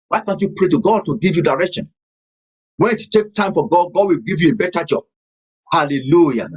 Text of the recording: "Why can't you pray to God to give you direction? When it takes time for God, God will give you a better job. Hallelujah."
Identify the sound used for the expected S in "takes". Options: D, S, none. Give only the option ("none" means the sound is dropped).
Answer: none